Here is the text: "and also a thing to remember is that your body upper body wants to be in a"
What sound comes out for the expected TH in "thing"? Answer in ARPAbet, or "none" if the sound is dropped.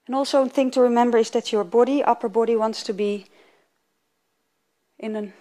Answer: TH